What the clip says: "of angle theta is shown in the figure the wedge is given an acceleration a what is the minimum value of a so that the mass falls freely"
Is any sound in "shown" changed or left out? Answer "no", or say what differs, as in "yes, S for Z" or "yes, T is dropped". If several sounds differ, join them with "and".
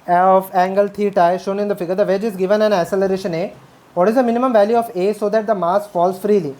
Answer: no